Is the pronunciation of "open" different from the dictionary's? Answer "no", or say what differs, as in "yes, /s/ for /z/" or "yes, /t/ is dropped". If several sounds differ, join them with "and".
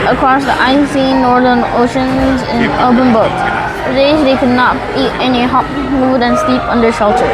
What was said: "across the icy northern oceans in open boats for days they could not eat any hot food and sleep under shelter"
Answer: yes, /b/ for /p/